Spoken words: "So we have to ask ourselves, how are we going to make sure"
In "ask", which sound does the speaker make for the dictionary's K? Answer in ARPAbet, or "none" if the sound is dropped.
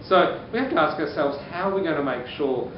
K